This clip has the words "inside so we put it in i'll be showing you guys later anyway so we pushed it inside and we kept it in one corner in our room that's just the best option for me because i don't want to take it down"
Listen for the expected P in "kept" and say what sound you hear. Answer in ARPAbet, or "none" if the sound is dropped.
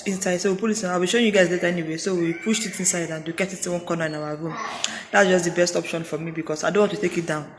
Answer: none